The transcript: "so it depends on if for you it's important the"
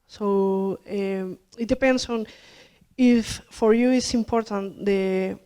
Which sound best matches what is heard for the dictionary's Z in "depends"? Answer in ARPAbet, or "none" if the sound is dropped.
S